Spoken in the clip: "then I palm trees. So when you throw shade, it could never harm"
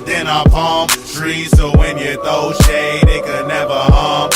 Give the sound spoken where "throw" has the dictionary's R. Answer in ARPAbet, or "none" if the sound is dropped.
none